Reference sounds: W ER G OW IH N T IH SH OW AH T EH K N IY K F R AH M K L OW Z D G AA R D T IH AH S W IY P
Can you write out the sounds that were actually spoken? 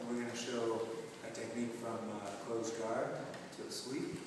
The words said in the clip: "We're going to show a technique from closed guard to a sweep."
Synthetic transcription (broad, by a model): W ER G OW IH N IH SH OW AH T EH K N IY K F R AH M K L OW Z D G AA R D T IH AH S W IY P